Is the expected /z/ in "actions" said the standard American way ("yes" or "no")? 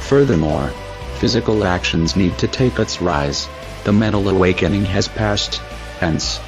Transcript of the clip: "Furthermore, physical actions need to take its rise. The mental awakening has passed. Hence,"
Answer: yes